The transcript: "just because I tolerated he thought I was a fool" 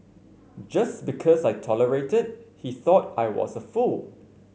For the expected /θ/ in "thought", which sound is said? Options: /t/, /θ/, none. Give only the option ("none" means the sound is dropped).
/θ/